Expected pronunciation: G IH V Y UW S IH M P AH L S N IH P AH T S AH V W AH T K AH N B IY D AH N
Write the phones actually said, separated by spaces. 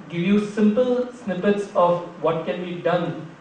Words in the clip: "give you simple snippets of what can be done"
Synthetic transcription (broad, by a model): G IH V Y UW S IH M P AH L S N IH P AH T S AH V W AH T K AH N B IY D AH N